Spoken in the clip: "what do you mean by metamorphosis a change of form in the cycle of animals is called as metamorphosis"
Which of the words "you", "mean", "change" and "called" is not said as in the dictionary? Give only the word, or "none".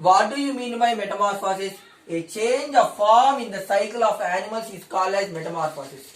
called